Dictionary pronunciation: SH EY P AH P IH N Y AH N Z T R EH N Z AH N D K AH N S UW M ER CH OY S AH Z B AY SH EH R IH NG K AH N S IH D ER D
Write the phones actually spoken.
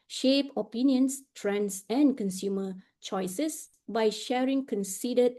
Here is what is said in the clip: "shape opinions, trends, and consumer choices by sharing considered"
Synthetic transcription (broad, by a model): SH EY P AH P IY N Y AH N S T R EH N S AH N K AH N S UW M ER CH OY S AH S B AY SH EH R IH NG K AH N S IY D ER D